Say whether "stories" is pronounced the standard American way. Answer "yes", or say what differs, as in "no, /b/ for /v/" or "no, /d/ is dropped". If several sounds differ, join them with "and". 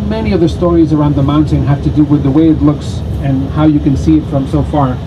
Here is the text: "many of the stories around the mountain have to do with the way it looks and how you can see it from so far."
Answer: yes